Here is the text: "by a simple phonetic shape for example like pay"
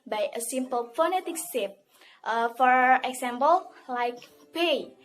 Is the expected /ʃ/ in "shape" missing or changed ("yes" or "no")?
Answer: yes